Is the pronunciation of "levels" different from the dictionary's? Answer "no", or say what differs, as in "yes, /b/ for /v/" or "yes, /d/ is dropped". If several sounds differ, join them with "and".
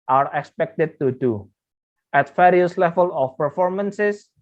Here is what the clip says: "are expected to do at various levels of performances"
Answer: yes, /z/ is dropped